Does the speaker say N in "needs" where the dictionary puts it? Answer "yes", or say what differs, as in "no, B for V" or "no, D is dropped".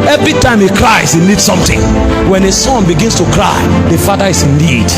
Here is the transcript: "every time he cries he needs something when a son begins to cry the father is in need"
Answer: no, L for N